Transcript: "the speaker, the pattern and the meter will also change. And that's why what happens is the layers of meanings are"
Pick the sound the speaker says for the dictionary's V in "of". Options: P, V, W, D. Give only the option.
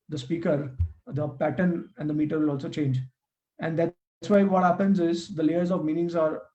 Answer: V